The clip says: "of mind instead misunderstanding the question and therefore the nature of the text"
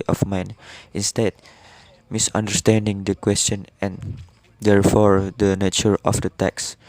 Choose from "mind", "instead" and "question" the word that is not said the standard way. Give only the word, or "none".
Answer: mind